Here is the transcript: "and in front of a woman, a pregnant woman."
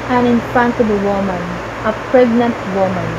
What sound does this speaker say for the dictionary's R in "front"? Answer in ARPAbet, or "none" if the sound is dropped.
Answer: none